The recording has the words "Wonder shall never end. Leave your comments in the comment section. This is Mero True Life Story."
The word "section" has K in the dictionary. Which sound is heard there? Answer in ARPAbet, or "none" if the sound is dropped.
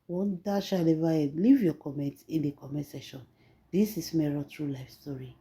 none